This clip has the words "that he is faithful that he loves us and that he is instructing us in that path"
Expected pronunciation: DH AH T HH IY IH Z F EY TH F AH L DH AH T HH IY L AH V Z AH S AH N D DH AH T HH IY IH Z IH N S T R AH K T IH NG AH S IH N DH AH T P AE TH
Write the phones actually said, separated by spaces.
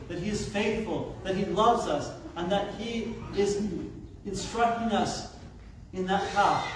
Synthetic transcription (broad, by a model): DH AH T HH IY IH Z F EY TH F AH L DH AH T HH IY L AH V Z AH S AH N DH AH T HH IY IH Z IH N S T R AH K T IH NG AH S IH N DH AH T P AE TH